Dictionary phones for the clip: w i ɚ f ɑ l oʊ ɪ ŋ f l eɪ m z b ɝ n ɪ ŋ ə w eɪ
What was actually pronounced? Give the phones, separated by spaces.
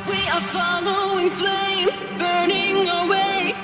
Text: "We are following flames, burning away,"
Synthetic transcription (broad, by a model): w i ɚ f ɑ l oʊ ɪ ŋ f l eɪ m z b ɝ n ɪ ŋ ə w eɪ